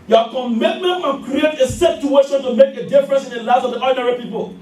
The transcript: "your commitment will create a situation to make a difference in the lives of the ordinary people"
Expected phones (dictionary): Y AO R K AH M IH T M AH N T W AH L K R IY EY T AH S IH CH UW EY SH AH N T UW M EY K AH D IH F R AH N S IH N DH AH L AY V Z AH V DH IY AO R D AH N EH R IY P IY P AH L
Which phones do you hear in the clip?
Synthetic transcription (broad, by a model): Y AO K AH M IH T M AH N T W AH N K R IY EY T AH S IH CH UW EY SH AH N T UW M EY K AH D IH F R AH N S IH N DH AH L AY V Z AH V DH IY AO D N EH R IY P IY P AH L